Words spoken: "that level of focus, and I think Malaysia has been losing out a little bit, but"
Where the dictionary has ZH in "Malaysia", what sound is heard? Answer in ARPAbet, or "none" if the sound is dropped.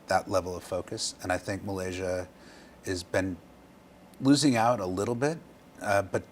ZH